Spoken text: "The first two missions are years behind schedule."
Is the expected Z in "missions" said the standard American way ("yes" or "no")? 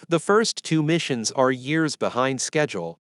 yes